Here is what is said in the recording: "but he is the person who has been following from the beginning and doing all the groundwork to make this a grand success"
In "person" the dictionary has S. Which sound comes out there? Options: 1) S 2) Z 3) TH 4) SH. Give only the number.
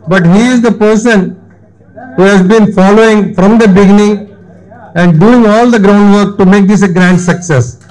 1